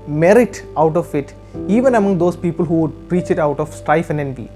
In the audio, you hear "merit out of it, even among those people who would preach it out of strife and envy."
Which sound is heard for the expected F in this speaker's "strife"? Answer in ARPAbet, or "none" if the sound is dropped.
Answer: F